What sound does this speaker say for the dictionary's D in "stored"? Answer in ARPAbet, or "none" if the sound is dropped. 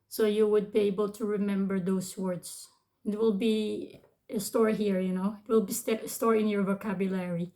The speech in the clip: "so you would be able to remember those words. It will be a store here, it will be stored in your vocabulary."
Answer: none